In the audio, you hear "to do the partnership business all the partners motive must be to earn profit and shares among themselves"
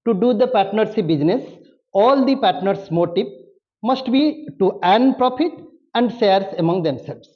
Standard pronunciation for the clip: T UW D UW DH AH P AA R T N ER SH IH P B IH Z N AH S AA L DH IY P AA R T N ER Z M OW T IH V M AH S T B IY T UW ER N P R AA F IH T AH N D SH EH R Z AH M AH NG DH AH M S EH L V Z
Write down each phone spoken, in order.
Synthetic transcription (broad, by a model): T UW D UW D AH P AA R T N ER S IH B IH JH N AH S AA L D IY P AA R T N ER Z M OW T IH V M AH S T B IY T UW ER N P R AA F IH T AH N D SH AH R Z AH M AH NG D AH M S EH L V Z